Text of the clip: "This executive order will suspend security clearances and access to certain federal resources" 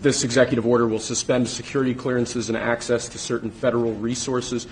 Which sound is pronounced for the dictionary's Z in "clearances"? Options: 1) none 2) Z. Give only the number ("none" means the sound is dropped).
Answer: 2